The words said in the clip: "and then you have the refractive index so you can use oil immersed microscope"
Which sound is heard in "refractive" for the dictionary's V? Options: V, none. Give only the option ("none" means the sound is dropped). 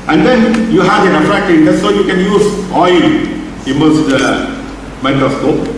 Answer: none